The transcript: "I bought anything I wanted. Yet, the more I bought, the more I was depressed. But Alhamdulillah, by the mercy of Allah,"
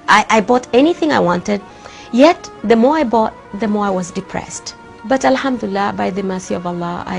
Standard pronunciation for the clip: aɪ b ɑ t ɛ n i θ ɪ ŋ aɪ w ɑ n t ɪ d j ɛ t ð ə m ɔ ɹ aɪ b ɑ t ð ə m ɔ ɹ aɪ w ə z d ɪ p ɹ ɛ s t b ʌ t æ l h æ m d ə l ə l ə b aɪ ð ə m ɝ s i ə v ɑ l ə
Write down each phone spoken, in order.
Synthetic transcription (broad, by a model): aɪ b ɑ t ɛ n i θ ɪ ŋ aɪ w ɑ n t ɪ d j ɛ t ð ə m ɔ ɹ aɪ b ɑ t ð ə m ɔ ɹ aɪ w ə z d ɪ p ɹ ɛ s t b ʌ t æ l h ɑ m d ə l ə l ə b aɪ ð ə m ɝ s i ə v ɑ l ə